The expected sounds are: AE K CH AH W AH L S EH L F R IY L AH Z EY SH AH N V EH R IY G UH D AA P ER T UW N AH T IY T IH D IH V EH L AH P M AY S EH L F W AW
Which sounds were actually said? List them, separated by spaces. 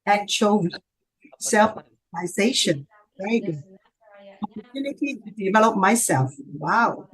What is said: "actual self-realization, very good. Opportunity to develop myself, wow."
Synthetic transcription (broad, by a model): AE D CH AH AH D S EH L F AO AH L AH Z EY SH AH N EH IY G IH AA P ER T UW N AH T IY T IH D IH V EH L AH P M AY S EH L F W AW